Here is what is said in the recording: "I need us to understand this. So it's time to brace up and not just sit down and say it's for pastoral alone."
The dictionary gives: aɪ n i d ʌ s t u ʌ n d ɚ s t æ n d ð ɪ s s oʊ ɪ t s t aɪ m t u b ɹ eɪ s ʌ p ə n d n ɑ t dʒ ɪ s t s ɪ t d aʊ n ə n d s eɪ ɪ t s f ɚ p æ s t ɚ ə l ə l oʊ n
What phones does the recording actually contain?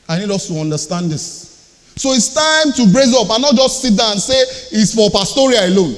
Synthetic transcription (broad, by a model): aɪ n i d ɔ s t u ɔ n d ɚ s t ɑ n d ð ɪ s s oʊ ɪ t s t aɪ m t u b ɹ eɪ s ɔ p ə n n ɑ t dʒ ɪ s t s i t d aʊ ə n s eɪ ɪ t s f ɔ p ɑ s t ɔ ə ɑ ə l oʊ n